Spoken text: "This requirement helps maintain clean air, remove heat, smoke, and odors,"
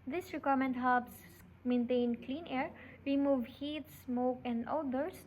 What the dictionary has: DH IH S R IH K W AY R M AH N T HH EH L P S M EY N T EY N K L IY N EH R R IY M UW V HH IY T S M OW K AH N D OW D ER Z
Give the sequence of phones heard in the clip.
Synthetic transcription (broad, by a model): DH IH S R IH K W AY M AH N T HH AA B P S M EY N T EY N K L IY N EH R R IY M UW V HH IY T S M OW K AH N D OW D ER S